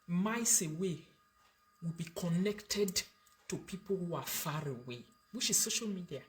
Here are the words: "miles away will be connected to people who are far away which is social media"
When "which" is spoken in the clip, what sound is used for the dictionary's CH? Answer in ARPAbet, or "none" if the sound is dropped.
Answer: SH